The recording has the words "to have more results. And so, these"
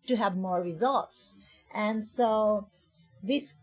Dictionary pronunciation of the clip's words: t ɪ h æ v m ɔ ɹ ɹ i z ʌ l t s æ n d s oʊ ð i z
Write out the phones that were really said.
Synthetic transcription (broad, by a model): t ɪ h æ v m ɔ ɹ ɹ i z ʌ l t s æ n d s oʊ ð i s